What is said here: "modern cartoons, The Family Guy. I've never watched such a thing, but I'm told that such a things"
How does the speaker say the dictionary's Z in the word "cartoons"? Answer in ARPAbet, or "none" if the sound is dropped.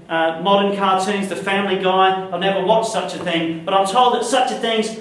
Z